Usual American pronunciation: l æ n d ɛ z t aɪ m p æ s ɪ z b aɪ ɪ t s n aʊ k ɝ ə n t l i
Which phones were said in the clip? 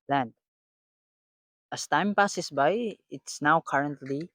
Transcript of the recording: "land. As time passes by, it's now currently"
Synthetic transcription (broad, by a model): l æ n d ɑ s t aɪ m p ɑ s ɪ s b aɪ ɪ t s n aʊ k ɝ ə n t l i